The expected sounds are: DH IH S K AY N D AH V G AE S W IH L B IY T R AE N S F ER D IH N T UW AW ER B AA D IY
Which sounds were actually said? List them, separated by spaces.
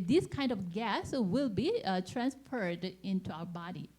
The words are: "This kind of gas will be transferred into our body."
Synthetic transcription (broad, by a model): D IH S K AY N D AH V G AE S W IH L B IY T R AE N S F ER D IH N T UW AW ER B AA D IY